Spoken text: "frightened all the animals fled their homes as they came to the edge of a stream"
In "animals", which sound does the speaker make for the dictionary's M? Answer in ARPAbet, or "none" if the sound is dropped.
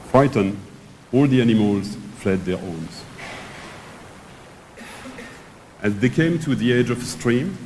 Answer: M